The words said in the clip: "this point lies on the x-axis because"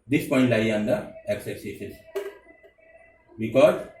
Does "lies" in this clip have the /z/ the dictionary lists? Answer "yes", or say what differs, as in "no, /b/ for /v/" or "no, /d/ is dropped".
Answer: no, /z/ is dropped